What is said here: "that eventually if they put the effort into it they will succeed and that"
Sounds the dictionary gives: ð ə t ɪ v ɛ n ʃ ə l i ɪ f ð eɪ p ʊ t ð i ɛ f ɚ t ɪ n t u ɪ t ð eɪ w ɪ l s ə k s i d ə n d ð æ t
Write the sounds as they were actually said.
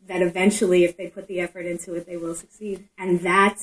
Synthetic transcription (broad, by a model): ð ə t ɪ v ɛ n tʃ l i ɪ f ð eɪ p ʊ t ð i ɛ f ɚ t ɪ n t u ɪ t ð eɪ w ɪ l s ə k s i d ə n ð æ t